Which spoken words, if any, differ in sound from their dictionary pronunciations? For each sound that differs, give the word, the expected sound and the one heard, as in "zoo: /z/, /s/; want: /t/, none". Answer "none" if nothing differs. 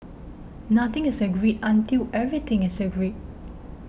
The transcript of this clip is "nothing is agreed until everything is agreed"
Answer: nothing: /θ/, /t/; everything: /θ/, /t/